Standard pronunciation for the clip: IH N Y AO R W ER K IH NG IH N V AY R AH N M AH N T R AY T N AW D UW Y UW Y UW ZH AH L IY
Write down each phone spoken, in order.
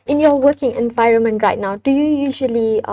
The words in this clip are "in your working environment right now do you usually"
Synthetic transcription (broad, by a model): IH N Y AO W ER K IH NG IH N V AY R AH N M AH N T R AY T N AW D UW Y UW Y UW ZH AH L IY